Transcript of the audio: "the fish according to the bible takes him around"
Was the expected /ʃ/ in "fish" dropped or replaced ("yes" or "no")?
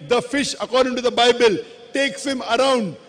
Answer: no